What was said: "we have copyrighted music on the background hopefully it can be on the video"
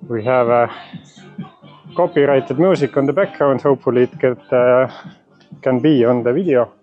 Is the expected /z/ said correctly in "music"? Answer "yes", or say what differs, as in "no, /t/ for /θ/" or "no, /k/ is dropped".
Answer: no, /s/ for /z/